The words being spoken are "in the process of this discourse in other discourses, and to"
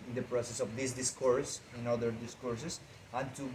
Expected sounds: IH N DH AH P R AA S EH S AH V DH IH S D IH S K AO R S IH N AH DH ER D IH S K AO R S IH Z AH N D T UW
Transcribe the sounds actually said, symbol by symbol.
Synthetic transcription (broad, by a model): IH N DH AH P R AA S EH S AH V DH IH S D IH S K AO R S IH N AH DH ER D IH S K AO R S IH S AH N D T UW